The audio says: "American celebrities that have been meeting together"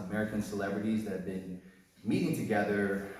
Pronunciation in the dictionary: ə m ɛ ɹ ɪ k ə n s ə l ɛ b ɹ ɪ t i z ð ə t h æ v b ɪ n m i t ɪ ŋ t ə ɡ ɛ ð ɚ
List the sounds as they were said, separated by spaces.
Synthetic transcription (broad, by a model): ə m ɛ ɹ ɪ k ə n s ə l ɛ b ɹ ɪ t i z ð ə t h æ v b ɪ n m i t ɪ ŋ t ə ɡ ɛ ð ɚ